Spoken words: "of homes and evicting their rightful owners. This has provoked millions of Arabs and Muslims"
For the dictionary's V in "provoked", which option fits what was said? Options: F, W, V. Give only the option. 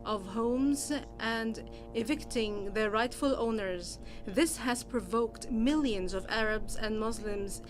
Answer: V